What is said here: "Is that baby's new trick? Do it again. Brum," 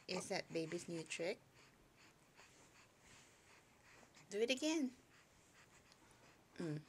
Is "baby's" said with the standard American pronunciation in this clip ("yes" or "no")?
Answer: no